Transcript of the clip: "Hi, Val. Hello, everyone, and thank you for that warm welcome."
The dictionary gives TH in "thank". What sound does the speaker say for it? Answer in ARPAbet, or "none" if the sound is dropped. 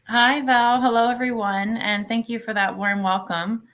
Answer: TH